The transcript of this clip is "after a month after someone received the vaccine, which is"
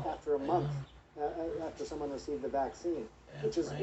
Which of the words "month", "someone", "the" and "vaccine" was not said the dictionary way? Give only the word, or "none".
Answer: none